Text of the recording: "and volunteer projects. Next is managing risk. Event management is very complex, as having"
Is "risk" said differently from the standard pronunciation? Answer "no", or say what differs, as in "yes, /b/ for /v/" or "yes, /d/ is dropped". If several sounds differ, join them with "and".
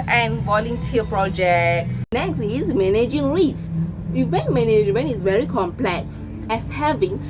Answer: yes, /k/ is dropped